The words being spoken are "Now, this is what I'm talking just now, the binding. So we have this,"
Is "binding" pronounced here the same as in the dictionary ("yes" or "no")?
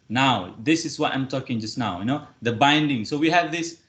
yes